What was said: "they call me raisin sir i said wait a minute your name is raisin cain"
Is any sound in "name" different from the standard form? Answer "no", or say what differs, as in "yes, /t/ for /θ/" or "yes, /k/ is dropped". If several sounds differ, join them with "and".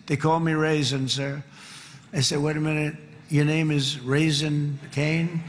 no